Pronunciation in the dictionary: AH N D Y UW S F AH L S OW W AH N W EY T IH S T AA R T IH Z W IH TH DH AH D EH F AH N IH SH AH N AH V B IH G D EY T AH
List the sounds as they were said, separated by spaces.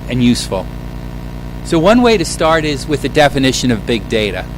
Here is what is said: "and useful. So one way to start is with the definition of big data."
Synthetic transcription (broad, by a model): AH N Y UW S F L S OW W AH N W EY T IH S T AA R T IH Z W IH DH AH D EH F AH N IH SH AH N AH V B IH G D EY T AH